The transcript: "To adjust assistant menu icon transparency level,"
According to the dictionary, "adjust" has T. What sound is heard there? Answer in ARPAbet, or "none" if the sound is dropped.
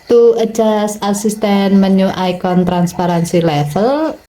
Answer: none